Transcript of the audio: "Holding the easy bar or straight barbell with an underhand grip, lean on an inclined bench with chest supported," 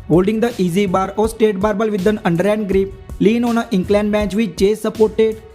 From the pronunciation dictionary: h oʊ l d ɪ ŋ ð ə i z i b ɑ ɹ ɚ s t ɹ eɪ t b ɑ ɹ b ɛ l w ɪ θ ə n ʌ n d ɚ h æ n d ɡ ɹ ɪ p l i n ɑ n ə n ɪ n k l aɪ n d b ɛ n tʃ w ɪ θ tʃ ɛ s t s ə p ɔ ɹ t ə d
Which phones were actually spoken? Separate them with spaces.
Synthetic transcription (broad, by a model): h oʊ l d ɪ ŋ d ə i z i b ɑ ɹ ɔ s t eɪ t b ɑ ɹ b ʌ l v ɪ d ə n ʌ n d ɚ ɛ n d ɡ ɹ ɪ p l i n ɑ n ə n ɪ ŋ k l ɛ n d b ɛ n tʃ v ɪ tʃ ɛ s s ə p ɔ ɹ t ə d